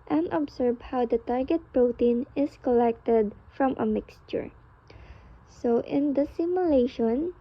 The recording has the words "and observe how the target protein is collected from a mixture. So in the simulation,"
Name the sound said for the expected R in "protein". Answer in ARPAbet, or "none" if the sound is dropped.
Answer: R